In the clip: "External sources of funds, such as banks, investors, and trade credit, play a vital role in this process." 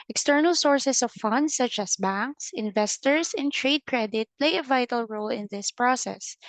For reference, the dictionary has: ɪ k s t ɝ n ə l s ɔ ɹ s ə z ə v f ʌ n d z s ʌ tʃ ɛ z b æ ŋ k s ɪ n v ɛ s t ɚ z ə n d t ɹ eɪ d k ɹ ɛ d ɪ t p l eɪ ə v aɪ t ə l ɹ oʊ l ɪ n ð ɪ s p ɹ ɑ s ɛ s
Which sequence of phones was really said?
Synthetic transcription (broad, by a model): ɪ k s t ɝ n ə l s ɔ ɹ s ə s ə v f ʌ n d s ʌ tʃ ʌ s b æ ŋ k s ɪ n v ɛ s t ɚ s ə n t ɹ eɪ d k ɹ ɛ d ɪ t p l eɪ ə v aɪ t ə l ɹ oʊ l ɪ n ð ɪ s p ɹ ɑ s ɛ s